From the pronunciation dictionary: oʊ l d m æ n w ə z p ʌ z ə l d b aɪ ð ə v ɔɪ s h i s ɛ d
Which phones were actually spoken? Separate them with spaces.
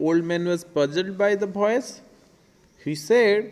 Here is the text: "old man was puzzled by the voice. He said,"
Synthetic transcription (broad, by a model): oʊ l d m æ n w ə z b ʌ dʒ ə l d b aɪ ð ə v ɔɪ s h i s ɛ d